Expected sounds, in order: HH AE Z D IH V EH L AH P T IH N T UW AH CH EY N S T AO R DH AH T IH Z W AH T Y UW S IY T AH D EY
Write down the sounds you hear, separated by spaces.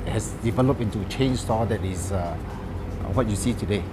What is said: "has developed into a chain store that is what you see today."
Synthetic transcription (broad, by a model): HH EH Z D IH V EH L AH P IH N T UW AH CH EY N S T AO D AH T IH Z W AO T Y UW S IY T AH D EY